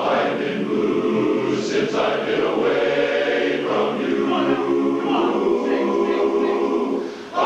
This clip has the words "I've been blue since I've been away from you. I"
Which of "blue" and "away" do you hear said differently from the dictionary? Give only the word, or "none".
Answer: blue